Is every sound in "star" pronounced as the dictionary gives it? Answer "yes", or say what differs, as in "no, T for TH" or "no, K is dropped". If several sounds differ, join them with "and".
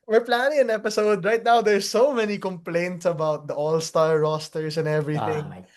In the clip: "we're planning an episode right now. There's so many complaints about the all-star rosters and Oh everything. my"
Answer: no, L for R